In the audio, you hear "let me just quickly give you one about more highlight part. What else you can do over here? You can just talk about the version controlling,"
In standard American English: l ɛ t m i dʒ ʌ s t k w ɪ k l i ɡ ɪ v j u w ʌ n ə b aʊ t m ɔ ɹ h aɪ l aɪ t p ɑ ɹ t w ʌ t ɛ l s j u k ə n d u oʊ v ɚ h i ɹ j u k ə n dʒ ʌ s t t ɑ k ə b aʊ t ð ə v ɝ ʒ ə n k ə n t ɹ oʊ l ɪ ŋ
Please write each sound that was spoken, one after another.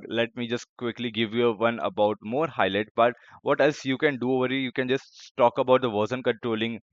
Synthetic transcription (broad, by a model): l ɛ t m i dʒ ʌ s t k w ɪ k l i ɡ ɪ v j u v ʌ n ə b aʊ t m ɔ ɹ h aɪ l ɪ t b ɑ t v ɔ t ɛ l s j u k ə n d u oʊ v ɚ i j u k ə n dʒ ʌ s t t ɑ k ə b aʊ t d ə v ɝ s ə n k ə n t ɹ oʊ l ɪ ŋ